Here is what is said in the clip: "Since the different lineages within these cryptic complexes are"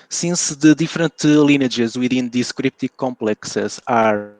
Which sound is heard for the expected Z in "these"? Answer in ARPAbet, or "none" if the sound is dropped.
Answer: S